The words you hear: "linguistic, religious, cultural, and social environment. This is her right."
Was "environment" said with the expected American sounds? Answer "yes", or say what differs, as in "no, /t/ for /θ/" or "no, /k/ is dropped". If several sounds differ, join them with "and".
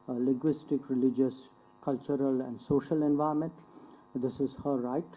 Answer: no, /ɹ/ is dropped